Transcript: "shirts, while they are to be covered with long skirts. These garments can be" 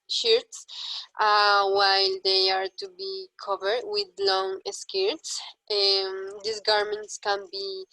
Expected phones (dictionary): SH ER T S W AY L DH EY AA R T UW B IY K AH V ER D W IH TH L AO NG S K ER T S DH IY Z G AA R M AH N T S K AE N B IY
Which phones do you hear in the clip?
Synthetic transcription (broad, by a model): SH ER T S W AY L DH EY AA R T UW B IY K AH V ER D W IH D L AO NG S K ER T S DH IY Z G AA R M AH N T S K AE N B IY